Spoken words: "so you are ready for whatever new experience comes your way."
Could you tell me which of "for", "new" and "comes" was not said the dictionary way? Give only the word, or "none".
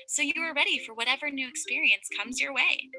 none